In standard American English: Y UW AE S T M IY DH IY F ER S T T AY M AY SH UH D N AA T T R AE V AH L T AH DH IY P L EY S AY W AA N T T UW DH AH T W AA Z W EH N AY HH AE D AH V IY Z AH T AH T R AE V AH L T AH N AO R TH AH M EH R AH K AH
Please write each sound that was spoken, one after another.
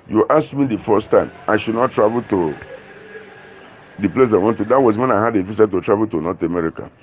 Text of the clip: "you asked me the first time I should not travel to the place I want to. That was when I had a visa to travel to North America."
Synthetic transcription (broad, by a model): Y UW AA S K M IY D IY F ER S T T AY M AY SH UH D N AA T T R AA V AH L T AH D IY P L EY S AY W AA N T T UW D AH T W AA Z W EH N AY HH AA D AH F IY S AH T AH T R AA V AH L T AH N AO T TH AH M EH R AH K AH